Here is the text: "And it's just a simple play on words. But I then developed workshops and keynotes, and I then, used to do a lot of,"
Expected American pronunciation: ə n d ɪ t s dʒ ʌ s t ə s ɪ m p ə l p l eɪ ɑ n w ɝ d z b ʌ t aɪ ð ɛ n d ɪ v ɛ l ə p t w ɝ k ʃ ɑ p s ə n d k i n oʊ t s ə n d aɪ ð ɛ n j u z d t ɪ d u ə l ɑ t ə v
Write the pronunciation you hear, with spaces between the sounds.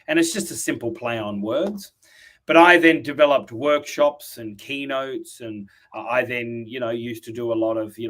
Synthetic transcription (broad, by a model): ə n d ɪ t s dʒ ʌ s t ə s ɪ m p l p l eɪ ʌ n w ɝ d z b ʌ t aɪ ð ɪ n d ɪ v ɛ l ə p t w ɝ k ʃ ɑ p s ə n k i n oʊ t s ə n aɪ ð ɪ n j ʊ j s t ɪ d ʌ ə l ɑ t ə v